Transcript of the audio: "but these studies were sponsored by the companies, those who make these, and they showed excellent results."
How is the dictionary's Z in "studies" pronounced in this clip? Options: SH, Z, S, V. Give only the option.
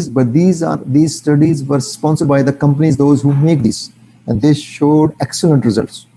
Z